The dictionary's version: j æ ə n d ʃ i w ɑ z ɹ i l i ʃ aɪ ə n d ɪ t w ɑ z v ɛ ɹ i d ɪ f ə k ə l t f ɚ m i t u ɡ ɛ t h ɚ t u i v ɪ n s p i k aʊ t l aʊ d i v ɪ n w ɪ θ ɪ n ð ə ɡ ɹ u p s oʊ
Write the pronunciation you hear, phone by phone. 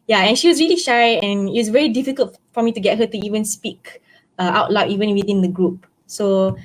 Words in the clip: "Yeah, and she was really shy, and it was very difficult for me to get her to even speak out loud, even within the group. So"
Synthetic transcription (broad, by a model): j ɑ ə n ʃ i w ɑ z ɹ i l i ʃ aɪ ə n ɪ t w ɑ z v ɛ ɹ i d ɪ f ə k ə l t f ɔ m i t u ɡ ɛ t h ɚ t u i v ɪ n s p i k aʊ t l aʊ i v ɪ n w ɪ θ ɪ n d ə ɡ ɹ u p s oʊ